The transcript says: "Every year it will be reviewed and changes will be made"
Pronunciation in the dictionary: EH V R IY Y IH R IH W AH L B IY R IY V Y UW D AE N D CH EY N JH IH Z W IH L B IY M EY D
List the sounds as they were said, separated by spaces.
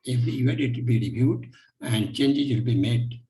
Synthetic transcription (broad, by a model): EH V R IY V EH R IH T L B IY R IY B Y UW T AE N D CH EY N JH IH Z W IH L B IY M EY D